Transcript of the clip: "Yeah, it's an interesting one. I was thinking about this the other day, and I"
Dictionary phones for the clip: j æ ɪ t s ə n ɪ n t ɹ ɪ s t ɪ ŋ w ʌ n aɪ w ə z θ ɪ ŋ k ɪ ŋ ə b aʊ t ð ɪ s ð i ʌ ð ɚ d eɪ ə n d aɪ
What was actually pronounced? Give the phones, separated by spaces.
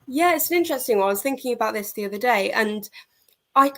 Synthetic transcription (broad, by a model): j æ ɪ t s ə n ɪ n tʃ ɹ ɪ s t ɪ ŋ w aɪ w ə z θ ɪ ŋ k ɪ ŋ ə b aʊ t ð ɪ s ð i ʌ ð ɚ d eɪ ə n aɪ